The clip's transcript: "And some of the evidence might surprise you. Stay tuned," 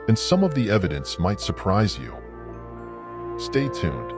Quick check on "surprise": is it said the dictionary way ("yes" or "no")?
yes